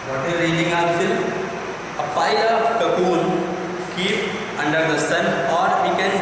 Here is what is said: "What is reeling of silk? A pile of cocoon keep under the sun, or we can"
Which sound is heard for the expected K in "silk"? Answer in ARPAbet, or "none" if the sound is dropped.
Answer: none